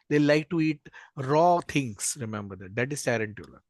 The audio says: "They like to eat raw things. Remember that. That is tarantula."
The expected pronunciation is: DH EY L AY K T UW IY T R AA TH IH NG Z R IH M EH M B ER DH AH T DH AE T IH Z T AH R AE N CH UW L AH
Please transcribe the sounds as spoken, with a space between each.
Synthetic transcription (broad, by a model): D EY L AY K T UW IY T R AA T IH NG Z R IH M EH M B ER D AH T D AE T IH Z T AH R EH N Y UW L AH